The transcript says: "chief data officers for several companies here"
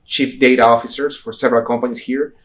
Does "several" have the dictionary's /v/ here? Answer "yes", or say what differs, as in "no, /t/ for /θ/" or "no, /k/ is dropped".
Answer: yes